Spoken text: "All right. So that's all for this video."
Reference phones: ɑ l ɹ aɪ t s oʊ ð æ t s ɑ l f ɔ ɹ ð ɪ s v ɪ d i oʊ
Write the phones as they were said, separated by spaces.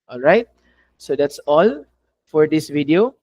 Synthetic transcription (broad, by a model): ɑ l ɹ aɪ t s oʊ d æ t s ɑ l f ɔ ɹ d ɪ s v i d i oʊ